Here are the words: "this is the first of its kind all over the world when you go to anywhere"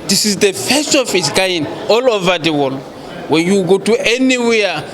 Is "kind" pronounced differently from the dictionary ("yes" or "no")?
yes